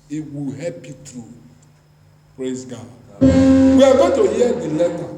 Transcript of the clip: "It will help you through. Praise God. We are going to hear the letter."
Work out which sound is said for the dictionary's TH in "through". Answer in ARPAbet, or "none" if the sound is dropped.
T